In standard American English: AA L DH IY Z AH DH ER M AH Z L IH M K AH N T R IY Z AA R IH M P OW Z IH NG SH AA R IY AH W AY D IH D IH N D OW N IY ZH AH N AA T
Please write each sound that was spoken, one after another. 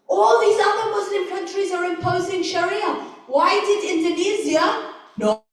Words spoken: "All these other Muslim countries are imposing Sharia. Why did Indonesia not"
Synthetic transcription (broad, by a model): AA L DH IY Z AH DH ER M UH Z L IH M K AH N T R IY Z AA R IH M P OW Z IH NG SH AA R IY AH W AY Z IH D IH N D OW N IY Z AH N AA